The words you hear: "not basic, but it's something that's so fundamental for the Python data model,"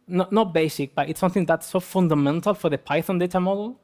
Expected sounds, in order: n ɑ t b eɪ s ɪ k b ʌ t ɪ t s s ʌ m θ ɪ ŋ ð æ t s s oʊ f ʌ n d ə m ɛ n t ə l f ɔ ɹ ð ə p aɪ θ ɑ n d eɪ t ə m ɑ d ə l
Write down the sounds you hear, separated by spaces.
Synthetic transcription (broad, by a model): n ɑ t b eɪ s ɪ k b ʌ t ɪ t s s ʌ m θ ɪ ŋ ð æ t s s oʊ f ʌ n d ə m ɛ n t ə l f ɔ ɹ ð ə p aɪ θ ɑ n d eɪ t ə m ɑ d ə l